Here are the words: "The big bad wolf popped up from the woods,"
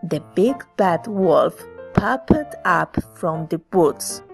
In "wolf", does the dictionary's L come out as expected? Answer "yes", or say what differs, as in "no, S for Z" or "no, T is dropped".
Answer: yes